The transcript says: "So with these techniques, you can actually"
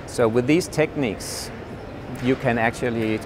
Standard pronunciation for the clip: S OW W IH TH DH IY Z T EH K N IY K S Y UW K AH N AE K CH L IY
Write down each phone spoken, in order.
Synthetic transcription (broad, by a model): S OW W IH DH IY Z T EH K N IY K S Y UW K AH N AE K CH L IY